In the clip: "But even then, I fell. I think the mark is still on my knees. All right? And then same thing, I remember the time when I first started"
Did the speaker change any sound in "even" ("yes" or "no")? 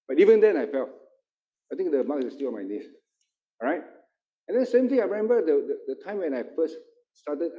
no